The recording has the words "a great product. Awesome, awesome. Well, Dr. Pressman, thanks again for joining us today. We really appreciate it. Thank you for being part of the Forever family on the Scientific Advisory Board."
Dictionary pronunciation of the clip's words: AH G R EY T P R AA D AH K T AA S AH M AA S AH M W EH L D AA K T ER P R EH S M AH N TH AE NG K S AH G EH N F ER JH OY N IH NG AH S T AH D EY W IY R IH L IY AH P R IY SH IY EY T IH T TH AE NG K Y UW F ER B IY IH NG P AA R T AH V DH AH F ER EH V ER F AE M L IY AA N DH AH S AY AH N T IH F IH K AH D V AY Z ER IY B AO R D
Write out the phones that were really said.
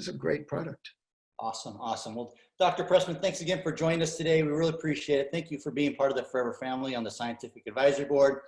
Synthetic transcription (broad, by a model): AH G R EY T P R AA D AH K T AA S AH M AA S AH M W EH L D AA K T ER P R EH S M AH N TH AE NG K S AH G EH N F ER JH OY N IH NG AH S T AH D EY W IY R IH L IY AH P R IY SH IY EY T IH T TH AE NG K Y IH F ER B IY IH NG P AA R T AH V DH AH F ER EH V ER F AE M L IY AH N DH AH S AY AH N T IH F IH K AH D V AY Z ER B AO R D